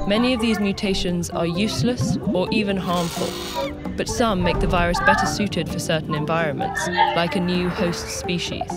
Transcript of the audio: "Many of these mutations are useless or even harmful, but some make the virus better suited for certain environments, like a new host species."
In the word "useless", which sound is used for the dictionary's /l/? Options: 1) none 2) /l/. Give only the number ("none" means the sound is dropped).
2